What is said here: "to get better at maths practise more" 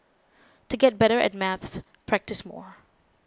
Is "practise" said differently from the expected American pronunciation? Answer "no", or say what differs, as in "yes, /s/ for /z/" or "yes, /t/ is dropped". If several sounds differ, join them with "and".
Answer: no